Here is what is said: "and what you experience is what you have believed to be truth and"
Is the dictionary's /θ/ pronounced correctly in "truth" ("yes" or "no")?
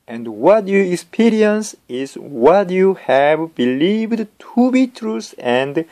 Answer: no